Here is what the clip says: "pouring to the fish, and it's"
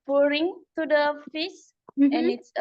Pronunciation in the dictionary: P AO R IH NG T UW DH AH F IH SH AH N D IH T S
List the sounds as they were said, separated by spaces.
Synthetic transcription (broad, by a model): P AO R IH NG T UW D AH F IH S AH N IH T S